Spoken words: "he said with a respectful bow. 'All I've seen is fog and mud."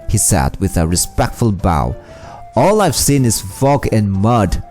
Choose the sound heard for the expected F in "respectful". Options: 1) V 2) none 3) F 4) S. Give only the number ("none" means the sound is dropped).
3